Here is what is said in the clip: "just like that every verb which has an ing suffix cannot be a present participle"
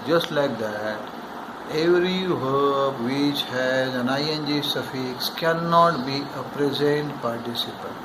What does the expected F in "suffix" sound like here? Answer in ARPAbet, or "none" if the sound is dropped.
F